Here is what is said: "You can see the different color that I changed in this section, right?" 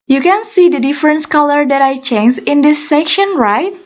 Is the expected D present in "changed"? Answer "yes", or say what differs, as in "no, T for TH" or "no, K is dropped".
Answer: no, D is dropped